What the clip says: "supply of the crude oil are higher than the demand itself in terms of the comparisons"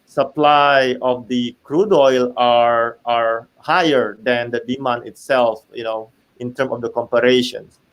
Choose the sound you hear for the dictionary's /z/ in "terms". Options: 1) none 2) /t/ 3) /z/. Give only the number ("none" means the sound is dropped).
1